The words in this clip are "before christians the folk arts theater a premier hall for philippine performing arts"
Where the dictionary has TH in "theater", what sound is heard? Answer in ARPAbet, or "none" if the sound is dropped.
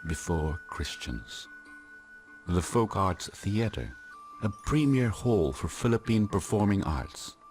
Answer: TH